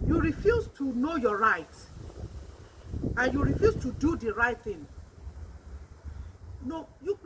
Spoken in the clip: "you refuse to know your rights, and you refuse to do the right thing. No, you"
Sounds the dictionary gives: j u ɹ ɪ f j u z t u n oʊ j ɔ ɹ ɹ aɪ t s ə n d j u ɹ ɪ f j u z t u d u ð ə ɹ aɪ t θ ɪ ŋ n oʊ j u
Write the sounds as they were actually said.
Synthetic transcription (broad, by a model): j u ɹ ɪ f j u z t u n oʊ j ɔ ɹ ɹ aɪ t ə n j u ɹ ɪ f j u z t u d u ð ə ɹ aɪ t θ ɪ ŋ n oʊ j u